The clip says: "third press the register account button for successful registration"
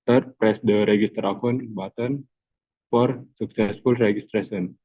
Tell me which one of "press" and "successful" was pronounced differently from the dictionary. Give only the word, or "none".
none